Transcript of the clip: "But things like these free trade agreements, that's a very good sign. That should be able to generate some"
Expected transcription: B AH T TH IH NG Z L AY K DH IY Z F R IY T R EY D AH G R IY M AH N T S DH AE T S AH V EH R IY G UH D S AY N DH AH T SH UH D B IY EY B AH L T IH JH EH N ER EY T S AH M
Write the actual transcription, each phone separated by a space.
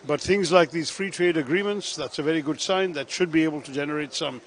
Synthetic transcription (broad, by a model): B AH T TH IH NG Z L AY K DH IY Z F R IY T R EY D AH G R IY M AH N T S DH AE T S AH V EH R IY G UH D S AY N DH AH T SH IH D B IY EY B AH L T IH JH EH N ER EY T S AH M